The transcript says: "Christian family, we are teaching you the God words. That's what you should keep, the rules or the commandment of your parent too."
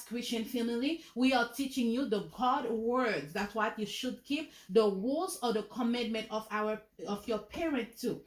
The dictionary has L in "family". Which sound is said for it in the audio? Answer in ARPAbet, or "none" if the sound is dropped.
L